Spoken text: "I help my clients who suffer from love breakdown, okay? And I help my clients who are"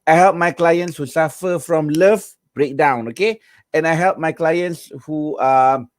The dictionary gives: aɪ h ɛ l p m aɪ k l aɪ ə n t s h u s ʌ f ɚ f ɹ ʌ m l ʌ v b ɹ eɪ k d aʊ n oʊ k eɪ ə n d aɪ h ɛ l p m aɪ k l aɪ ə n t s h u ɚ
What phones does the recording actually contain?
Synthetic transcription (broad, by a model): aɪ h ɛ l p m aɪ k l aɪ ə n t s h u s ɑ f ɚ f ɹ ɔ m l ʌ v b ɹ eɪ k d aʊ n oʊ k eɪ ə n aɪ h ɛ l p m aɪ k l aɪ ə n t s h u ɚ